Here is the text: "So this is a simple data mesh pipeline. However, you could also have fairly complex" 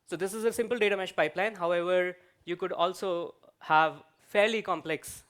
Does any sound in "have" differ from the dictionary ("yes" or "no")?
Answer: no